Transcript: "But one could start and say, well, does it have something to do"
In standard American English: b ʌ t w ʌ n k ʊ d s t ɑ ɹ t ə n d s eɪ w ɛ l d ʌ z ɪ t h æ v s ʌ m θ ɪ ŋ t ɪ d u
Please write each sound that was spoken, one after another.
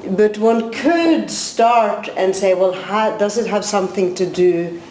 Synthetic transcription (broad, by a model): b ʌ t w ʌ n k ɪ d s t ɑ ɹ t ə n s eɪ w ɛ l d ʌ z ɪ t h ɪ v s ʌ m θ ɪ ŋ t ɪ d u